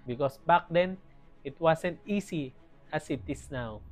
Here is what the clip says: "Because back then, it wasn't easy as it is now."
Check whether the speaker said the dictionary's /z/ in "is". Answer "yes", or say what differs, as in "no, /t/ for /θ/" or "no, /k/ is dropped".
no, /s/ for /z/